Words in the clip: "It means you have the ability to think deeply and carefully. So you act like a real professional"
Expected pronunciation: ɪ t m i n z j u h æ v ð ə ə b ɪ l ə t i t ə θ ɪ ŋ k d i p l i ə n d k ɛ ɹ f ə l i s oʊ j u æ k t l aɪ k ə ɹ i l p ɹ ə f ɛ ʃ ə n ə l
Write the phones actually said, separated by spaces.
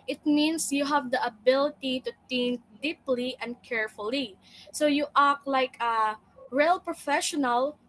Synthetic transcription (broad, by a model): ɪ t m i n s j u h æ v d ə ə b ɪ l ə t i t ə t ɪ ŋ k d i p l i ə n d k ɛ ɹ f ə l i s oʊ j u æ k l aɪ k ə ɹ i l p ɹ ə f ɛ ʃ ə n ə l